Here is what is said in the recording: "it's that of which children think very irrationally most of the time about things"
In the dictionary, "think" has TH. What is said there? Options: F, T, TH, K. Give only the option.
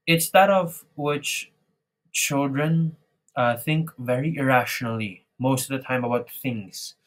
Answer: TH